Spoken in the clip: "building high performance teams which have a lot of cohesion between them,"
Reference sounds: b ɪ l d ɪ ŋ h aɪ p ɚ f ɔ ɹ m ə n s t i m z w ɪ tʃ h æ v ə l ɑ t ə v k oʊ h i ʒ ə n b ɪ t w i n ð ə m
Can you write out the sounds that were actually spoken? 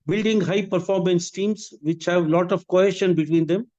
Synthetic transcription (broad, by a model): b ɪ l d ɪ ŋ h aɪ p ɚ f ɔ ɹ m ə n s t i m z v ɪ tʃ h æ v l ɑ t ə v k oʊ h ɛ ʃ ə n b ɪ t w i n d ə m